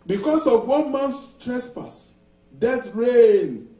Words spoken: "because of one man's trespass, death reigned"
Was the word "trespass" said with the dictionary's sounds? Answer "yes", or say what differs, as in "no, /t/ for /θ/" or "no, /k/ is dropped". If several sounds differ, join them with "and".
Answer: yes